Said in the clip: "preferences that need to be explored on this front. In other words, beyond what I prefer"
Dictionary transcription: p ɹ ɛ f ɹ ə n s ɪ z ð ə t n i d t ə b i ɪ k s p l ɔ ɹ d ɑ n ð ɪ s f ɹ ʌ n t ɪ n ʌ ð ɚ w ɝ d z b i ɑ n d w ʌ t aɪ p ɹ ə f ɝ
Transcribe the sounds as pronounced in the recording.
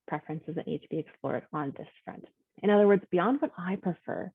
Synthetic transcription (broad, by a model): p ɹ ɛ f ɹ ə n s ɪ z ð ə t n i d t ə b i ɪ k s p l ɔ ɹ d n ð ɪ s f ɹ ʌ n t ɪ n ʌ ð ɚ w ɝ d z b i ɑ n d w ʌ t aɪ p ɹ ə f ɝ